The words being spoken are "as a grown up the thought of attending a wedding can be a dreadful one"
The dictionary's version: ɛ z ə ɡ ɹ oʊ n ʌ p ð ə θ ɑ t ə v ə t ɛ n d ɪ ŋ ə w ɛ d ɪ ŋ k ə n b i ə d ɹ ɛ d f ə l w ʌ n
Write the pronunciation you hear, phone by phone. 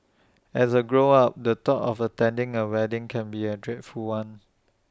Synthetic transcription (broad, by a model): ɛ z ə ɡ ɹ oʊ ɑ p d ə t ɑ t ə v ə t ɛ n d ɪ ŋ ə w ɛ d ɪ ŋ k ə n b i ə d ɹ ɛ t f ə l w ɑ n